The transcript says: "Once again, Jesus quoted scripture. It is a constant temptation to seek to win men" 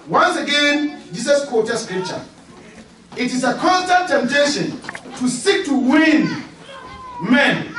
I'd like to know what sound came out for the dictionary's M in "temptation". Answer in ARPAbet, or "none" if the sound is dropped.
M